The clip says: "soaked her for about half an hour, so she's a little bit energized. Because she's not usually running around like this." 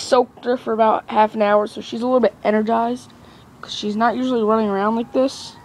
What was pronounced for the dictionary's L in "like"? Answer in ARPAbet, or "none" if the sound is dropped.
W